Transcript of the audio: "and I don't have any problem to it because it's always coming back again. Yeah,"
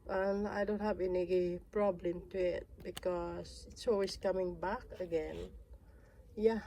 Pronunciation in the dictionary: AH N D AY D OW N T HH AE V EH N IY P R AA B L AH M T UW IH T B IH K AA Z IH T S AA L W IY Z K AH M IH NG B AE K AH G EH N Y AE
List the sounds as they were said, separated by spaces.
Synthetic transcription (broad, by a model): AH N AY D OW N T HH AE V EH N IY P R AA B L AH M T UW IH T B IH K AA S IH T S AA L W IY S K AH M IH NG B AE K AH G EH N Y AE